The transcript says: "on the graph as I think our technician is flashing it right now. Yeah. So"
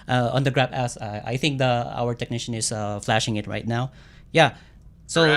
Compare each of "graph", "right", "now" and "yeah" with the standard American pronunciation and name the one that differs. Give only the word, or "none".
graph